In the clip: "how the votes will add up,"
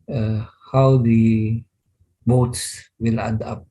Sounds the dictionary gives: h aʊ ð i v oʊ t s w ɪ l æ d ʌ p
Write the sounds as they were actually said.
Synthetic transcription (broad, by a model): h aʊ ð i b oʊ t s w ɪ l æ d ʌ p